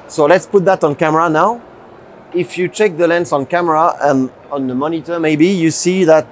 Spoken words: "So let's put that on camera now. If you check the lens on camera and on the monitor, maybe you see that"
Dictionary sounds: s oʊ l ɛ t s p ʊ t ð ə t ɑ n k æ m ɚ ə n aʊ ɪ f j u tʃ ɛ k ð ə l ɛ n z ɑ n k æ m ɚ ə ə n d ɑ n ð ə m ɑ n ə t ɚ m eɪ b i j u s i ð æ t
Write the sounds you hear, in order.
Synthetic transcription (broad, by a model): s oʊ l ɛ t s p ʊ t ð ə t ɑ n k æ m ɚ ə n aʊ ɪ f j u tʃ ɛ k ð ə l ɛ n s ɑ n k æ m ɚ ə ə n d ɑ n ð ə m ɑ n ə t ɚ m eɪ b i j u s i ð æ t